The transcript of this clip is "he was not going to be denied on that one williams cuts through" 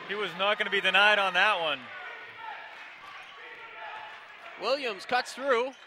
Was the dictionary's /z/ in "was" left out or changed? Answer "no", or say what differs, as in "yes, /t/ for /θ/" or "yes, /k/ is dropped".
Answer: no